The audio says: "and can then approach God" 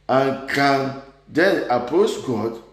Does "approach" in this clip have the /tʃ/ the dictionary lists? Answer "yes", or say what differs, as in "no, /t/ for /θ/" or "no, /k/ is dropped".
no, /s/ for /tʃ/